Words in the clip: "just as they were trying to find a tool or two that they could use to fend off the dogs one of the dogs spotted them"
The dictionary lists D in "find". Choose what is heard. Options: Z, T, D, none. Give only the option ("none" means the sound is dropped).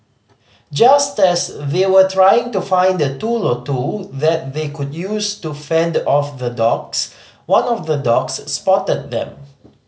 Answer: D